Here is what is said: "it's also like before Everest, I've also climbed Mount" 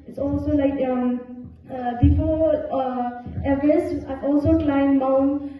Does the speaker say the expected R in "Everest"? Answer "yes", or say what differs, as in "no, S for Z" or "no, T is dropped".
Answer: no, R is dropped